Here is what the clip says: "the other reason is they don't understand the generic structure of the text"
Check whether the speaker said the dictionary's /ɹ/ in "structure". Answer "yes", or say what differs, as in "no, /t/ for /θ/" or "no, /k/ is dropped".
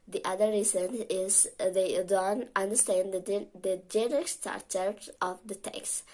no, /ɹ/ is dropped